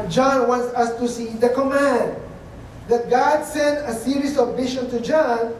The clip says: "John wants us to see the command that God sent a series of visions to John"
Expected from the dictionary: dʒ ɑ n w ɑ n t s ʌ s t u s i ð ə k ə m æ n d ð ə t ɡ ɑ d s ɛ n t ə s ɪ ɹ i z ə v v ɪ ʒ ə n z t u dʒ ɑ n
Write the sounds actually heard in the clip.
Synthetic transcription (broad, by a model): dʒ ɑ n w ɑ n t s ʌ s t u s i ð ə k ə m æ n d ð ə t ɡ ɑ d s ɛ n t ə s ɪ ɹ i s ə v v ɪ ʃ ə n t u dʒ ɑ n